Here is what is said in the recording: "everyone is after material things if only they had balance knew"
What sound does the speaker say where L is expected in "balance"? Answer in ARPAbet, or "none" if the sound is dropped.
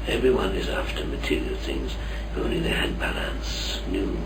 L